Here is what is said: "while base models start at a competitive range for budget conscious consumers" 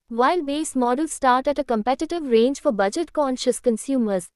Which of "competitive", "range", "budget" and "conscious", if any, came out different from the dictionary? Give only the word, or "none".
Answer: none